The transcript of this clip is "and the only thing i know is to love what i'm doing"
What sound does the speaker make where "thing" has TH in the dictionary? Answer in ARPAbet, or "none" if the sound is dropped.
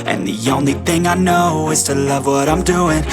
TH